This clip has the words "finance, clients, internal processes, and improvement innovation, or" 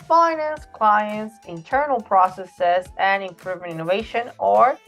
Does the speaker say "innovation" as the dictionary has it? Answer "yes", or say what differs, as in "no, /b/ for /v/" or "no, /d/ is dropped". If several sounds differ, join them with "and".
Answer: yes